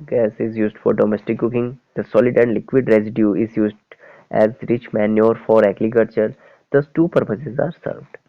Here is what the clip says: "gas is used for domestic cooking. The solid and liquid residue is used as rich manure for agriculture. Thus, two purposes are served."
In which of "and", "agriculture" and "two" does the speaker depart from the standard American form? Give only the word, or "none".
agriculture